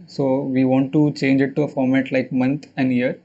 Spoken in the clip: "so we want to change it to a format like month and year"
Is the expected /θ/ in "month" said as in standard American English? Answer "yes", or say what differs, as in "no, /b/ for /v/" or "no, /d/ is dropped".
no, /t/ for /θ/